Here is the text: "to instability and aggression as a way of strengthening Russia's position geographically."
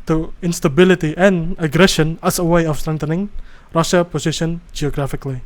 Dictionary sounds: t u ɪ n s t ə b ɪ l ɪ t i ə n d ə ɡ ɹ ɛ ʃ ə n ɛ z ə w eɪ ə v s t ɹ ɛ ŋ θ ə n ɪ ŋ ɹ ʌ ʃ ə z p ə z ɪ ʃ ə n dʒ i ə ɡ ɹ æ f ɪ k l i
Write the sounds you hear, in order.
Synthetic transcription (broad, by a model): t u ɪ n s t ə b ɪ l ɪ t i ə n ə ɡ ɹ ɛ ʃ ə n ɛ s ə w eɪ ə f s t ɹ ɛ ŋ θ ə n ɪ ŋ ɹ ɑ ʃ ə p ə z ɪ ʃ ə n dʒ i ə ɡ ɹ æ f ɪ k l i